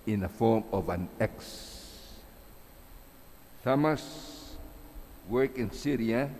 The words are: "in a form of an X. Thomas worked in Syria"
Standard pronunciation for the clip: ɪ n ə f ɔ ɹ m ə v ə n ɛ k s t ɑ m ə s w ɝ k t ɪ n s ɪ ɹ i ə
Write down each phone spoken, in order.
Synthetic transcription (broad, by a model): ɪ n ə f ɔ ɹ m ə v ə n ɛ k s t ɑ m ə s w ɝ k ɪ n s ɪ ɹ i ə